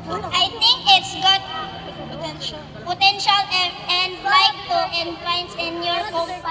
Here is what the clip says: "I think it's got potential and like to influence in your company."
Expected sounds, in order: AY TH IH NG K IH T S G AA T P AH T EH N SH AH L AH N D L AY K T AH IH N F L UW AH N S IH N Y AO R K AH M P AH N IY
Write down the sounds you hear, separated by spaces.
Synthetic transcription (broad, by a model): AY T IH NG K IH T S G AA T P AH T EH N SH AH L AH N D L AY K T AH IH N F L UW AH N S IH N Y AO R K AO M